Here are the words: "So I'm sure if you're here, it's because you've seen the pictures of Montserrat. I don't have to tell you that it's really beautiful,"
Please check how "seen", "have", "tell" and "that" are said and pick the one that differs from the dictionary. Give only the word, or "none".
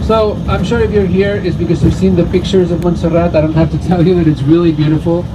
have